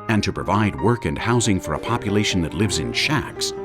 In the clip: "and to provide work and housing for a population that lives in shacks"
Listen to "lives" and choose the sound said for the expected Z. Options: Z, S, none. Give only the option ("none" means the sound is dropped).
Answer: Z